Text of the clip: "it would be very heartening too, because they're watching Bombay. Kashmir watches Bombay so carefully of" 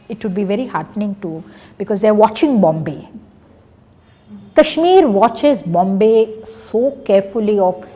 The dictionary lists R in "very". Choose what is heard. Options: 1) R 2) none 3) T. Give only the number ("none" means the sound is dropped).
1